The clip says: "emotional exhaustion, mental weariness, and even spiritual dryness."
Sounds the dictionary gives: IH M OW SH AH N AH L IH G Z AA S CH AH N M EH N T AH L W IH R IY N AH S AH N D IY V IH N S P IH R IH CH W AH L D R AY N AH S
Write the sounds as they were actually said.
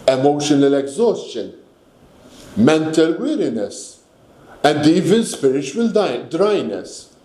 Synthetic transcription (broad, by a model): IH M OW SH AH N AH L IH G Z AA S CH AH N M EH N T AH L W IH R IY N AH S AH N D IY V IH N S P IH R IH CH W AH L D R AY N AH S